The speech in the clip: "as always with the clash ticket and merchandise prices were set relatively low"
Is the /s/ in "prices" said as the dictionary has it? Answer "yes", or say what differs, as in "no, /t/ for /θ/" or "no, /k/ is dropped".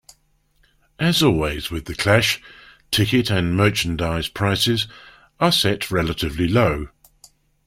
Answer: yes